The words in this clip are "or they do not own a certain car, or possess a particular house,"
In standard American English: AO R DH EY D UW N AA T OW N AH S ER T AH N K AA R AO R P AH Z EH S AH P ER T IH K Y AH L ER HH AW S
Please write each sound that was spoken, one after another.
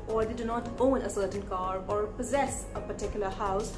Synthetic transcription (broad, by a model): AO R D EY D UW N AA T OW N AH S ER T AH N K AA R AO R P AH Z EH S AH P ER T IH K Y AH L ER HH AW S